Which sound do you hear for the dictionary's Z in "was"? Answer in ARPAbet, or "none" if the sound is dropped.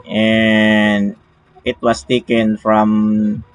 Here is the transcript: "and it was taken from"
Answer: S